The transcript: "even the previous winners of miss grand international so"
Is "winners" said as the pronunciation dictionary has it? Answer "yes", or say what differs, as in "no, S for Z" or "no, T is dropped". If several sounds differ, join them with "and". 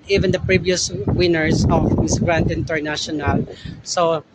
no, S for Z